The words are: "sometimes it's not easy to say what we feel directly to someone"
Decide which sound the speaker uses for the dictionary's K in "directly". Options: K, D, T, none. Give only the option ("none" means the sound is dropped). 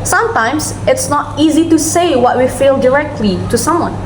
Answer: K